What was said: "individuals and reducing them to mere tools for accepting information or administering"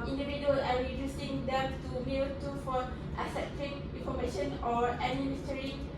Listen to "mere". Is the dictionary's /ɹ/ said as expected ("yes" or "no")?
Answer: no